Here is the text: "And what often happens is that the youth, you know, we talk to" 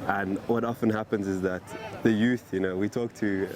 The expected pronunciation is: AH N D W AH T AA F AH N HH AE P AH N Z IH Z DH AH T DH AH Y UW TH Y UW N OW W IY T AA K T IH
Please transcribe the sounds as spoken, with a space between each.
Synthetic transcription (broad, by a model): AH N W AH T AA F AH N HH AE P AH N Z IH Z DH AH T DH AH Y UW TH Y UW N OW W IY T AA K T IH